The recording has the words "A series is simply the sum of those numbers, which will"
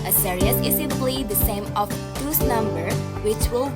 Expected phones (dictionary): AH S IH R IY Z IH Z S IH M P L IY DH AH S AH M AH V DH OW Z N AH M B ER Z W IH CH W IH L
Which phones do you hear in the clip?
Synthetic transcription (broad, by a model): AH S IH R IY S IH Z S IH P L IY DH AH S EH M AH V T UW S N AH M B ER W IH CH W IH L